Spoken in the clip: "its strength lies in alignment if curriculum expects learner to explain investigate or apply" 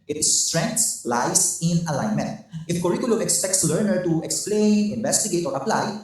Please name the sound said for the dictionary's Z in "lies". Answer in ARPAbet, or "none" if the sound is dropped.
S